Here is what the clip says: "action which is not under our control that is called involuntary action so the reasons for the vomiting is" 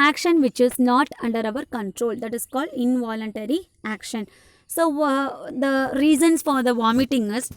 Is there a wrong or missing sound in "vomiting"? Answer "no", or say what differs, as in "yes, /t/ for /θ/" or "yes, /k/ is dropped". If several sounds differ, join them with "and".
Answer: no